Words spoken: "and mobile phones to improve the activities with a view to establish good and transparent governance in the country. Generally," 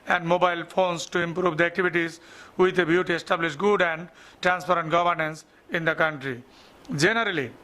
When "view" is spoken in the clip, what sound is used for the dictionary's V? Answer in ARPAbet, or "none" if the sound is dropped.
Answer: B